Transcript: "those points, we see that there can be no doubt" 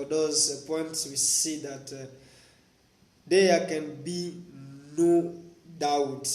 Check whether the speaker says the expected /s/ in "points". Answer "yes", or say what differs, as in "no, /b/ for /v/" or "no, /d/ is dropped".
yes